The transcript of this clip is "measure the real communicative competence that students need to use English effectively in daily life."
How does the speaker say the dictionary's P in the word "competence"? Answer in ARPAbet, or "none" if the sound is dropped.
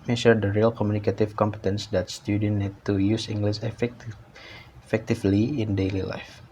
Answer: P